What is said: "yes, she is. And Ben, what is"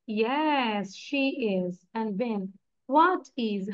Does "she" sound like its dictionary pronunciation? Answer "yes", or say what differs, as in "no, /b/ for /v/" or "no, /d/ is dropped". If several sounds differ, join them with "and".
yes